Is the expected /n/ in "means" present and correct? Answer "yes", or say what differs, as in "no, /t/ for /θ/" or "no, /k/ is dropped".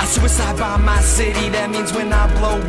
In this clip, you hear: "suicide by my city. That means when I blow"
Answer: yes